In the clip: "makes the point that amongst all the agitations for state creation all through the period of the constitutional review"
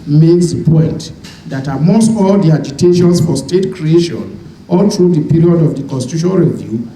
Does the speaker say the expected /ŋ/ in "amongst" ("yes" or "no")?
no